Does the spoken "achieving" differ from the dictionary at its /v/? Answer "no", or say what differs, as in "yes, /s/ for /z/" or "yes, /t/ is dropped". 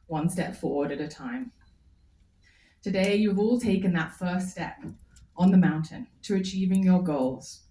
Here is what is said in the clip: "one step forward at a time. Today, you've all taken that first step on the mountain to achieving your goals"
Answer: no